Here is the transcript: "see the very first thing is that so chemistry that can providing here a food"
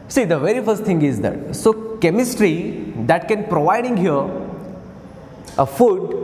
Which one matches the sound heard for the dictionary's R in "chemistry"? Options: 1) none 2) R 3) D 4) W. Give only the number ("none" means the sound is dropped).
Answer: 2